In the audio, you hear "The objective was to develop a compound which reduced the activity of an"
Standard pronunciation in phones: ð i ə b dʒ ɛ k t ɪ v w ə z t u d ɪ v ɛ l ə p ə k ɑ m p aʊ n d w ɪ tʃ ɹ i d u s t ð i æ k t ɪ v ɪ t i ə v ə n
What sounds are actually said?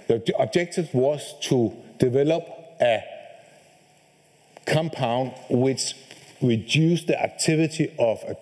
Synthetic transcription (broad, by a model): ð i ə b dʒ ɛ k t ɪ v w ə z t u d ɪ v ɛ l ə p ə k ɑ m p aʊ n d w ɪ tʃ ɹ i d u s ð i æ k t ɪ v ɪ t i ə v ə